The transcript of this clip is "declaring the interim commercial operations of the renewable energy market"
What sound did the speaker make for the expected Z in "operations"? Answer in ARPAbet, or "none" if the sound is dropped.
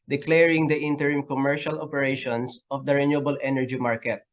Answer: S